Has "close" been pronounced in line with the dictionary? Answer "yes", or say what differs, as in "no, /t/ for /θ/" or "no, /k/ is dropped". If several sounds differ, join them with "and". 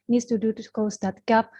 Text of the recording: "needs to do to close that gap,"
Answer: no, /l/ is dropped